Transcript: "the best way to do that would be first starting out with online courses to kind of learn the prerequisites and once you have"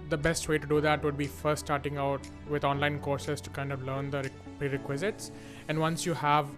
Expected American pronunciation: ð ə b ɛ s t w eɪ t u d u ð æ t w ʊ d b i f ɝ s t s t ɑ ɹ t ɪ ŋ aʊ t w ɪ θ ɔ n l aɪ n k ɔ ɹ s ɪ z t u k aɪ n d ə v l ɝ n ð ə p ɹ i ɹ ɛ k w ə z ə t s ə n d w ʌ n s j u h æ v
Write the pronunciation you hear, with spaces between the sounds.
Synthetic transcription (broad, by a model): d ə b ɛ s t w eɪ t u d u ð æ t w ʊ d b i f ɝ s t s t ɑ ɹ t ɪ ŋ aʊ t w ɪ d ɔ n l aɪ n k ɔ ɹ s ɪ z t u k aɪ n d ə v l ɝ n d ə p ɹ i ɹ ɛ k w ə z ə t s ə n d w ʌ n s j u h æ v